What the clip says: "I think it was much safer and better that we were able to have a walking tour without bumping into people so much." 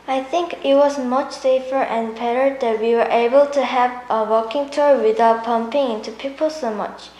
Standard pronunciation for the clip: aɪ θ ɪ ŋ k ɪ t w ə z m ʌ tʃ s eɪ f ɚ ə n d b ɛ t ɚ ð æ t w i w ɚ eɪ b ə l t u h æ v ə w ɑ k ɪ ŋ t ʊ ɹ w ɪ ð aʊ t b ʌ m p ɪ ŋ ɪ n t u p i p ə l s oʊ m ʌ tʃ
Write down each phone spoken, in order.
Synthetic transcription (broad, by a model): aɪ θ ɪ ŋ k ɪ t w ə z m ʌ tʃ s eɪ f ɚ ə n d b ɛ t ɚ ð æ t w i w ɚ eɪ b ə l t u h æ v ə w ɑ k ɪ ŋ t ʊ ɹ w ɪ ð aʊ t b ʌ m p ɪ ŋ ɪ n t u p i p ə l s oʊ m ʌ tʃ